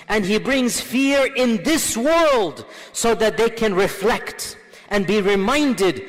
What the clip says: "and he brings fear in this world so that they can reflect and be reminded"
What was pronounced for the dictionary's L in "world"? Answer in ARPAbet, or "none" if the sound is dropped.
L